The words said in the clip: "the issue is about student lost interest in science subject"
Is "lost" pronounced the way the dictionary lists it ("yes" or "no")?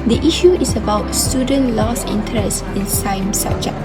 no